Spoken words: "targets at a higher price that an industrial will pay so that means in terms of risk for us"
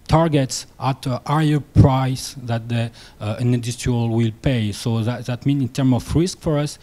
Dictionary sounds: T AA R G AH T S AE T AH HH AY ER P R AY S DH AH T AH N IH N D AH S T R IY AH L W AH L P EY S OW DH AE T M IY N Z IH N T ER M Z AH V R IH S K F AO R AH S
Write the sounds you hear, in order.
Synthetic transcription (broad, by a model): T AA R G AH T S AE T AH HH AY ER P R AY S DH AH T AH N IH D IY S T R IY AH L W AH L P EY S OW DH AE T M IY N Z IH N T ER M AH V R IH S K F AO R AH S